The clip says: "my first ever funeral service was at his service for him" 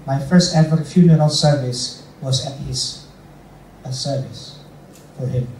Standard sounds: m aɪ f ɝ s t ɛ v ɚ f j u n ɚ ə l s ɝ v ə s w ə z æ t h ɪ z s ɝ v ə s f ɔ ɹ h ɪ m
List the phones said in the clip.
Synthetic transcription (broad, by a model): m aɪ f ɝ s t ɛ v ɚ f j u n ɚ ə l s ɝ v ə s w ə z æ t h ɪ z s ɝ v ə s f ɔ ɹ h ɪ m